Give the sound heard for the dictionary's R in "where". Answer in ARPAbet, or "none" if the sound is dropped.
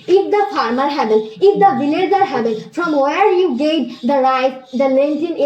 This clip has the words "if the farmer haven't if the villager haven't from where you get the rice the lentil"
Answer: R